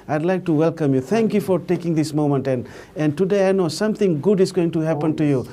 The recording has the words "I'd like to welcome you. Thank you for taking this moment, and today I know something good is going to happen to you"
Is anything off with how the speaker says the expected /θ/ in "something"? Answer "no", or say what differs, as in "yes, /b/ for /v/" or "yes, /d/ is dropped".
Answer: yes, /t/ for /θ/